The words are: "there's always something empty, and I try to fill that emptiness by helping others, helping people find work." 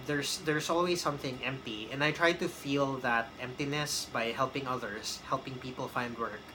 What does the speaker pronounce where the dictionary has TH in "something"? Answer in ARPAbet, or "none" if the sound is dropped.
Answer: TH